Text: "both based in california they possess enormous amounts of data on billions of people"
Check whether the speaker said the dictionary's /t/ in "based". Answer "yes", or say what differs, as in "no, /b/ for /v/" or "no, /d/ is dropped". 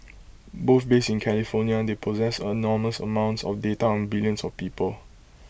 no, /t/ is dropped